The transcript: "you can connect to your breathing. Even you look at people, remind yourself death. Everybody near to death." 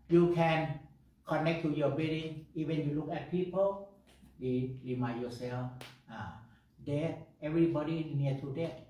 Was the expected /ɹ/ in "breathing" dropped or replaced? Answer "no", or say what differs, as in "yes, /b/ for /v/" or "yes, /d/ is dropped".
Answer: yes, /ɹ/ is dropped